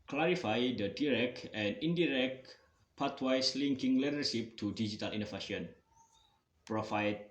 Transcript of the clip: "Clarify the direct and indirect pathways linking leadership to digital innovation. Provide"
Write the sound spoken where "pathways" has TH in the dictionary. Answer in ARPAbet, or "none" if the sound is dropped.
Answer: T